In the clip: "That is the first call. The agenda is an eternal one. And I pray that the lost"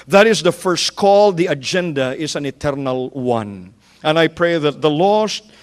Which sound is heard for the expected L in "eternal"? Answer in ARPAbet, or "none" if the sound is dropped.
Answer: L